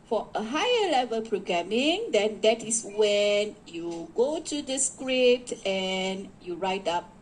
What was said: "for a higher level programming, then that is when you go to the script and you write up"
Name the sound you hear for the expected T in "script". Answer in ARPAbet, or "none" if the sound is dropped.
T